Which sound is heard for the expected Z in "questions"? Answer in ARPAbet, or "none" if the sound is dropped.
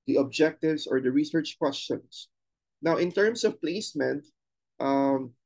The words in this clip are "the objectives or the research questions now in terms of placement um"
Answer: S